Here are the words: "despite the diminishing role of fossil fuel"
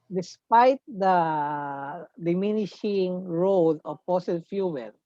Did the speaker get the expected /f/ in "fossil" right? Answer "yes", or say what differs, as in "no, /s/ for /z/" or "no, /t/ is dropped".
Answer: no, /p/ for /f/